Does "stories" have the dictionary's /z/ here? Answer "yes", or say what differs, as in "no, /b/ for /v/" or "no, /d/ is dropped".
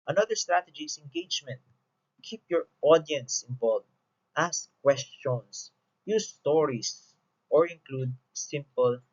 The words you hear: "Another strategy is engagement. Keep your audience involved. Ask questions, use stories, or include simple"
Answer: no, /s/ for /z/